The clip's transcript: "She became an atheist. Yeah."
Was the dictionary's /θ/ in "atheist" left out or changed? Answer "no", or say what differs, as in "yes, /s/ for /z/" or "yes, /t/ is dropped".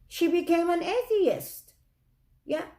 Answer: no